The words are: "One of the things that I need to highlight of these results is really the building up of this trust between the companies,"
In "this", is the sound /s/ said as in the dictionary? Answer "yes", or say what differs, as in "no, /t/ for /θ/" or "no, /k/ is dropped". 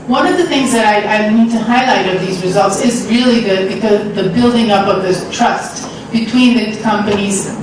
no, /s/ is dropped